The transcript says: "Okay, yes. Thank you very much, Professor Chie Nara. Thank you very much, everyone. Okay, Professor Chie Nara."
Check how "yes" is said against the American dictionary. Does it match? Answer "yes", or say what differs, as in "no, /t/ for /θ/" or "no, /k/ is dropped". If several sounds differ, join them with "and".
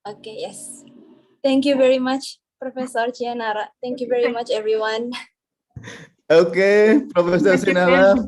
yes